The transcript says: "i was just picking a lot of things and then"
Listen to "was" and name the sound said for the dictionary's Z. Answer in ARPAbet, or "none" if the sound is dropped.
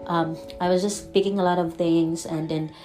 Z